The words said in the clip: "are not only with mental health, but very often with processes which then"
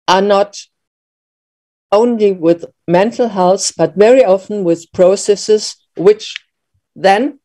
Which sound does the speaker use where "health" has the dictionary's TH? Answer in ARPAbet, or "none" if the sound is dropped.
S